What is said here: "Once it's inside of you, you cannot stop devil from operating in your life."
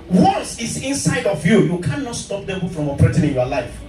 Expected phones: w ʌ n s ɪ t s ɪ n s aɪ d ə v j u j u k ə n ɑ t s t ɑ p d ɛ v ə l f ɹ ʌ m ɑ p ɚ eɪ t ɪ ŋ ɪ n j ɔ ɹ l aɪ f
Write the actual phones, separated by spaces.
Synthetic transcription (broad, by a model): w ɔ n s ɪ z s ɪ n s aɪ d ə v j u j u k ə n ɑ t s t ɑ p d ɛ b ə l f ɹ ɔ m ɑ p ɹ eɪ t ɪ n ɪ n j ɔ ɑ l aɪ f